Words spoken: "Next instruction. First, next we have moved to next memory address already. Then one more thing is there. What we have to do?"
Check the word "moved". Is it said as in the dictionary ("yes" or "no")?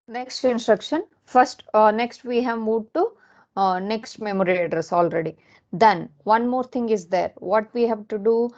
no